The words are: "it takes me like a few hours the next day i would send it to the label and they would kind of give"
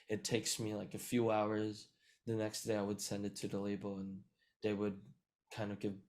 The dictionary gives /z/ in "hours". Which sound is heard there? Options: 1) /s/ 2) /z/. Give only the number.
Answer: 2